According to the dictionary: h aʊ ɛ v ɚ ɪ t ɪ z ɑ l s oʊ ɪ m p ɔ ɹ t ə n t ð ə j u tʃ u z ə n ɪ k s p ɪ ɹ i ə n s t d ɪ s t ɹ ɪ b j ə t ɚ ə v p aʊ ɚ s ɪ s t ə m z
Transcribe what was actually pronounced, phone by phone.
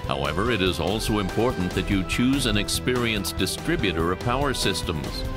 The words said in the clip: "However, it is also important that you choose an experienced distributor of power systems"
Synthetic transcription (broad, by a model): h aʊ ɛ v ɚ ɪ t ɪ z ɑ l s oʊ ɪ m p ɔ ɹ t n ð ə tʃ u tʃ u z ə n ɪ k s p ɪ ɹ i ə n s d ɪ s t ɹ ɪ b j ə t ɚ ə v p aʊ ɚ s ɪ s t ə m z